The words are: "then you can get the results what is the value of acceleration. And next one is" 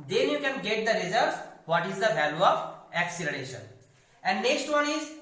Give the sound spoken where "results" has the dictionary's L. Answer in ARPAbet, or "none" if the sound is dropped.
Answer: none